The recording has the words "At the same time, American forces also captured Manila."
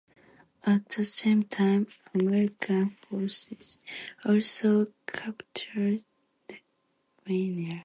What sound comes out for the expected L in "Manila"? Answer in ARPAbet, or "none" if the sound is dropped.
N